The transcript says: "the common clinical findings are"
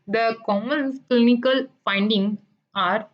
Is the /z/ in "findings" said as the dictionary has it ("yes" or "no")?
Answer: no